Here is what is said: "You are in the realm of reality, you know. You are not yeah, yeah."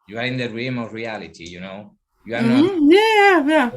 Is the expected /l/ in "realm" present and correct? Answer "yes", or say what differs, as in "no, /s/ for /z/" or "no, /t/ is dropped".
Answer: no, /l/ is dropped